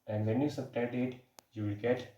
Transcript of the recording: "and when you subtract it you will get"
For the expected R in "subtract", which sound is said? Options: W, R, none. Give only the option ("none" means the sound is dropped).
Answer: none